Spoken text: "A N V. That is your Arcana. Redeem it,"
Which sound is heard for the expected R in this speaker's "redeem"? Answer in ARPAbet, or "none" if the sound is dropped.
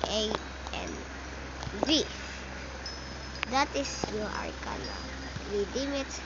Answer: W